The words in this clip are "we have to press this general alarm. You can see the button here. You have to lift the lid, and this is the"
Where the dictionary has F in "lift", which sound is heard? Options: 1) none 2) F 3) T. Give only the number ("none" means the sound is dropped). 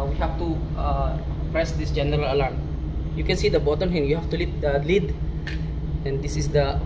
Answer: 1